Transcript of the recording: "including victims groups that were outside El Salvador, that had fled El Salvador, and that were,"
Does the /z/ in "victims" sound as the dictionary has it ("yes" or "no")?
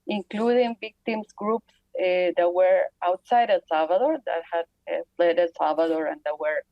no